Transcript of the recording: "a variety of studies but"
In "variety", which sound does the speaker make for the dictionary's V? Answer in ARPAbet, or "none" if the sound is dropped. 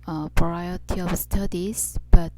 P